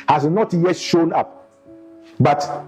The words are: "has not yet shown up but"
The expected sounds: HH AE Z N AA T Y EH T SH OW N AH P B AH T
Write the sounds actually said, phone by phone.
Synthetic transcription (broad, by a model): HH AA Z N AA T Y EH T SH OW N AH P B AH T